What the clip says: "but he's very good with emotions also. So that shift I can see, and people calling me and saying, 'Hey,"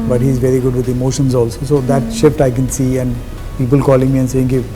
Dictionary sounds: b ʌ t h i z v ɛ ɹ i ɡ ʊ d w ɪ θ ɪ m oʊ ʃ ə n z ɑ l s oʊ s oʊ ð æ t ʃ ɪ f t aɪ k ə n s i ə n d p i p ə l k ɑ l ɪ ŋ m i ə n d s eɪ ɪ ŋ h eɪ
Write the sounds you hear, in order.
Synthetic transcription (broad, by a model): b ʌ t h i z v ɛ ɹ i ɡ ʊ d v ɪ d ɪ m oʊ ʃ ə n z ɑ l s oʊ s oʊ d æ t ʃ ɪ f t aɪ k ə n s i ə n d p i p ə l k ɑ l ɪ ŋ m i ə n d s eɪ ɪ ŋ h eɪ